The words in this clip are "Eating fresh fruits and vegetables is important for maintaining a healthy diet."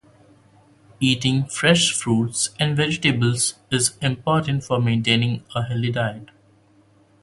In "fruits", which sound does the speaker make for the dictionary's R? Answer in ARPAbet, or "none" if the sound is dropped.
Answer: R